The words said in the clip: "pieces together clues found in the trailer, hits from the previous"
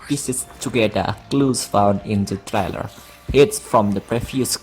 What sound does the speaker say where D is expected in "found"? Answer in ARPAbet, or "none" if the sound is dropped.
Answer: D